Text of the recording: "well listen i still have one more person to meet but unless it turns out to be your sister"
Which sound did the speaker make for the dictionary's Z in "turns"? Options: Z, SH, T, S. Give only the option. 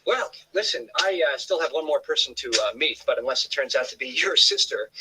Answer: Z